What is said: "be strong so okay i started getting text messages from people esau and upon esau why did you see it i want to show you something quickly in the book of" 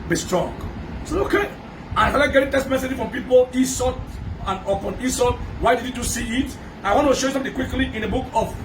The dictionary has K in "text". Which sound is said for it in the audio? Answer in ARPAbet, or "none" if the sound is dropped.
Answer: none